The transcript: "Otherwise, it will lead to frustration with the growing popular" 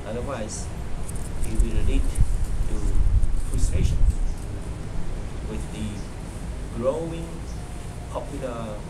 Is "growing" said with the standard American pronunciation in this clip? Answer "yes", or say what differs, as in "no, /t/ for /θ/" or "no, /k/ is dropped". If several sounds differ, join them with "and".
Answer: yes